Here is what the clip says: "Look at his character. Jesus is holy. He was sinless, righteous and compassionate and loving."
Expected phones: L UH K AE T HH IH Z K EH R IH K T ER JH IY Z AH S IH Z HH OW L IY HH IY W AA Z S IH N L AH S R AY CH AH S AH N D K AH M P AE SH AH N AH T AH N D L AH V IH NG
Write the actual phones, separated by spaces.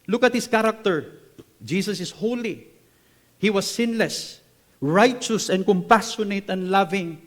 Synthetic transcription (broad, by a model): L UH K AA T HH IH S K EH R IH K T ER JH IY S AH S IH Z HH OW L IY HH IY W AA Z S IH N L AH S R AY CH AH S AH N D K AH M P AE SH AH N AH T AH N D L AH V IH NG